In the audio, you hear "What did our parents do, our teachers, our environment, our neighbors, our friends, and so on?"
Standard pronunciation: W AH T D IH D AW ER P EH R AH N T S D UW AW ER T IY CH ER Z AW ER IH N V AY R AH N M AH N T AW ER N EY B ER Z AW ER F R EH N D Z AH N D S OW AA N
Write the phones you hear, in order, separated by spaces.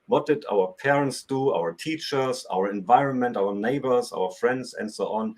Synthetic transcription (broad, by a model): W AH T D IH D AW ER P EH R AH N T S D UW AW ER T IY CH ER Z AW ER IH N V AY R AH N M AH N T AW ER N EY B ER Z AW ER F R EH N D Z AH N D S OW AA N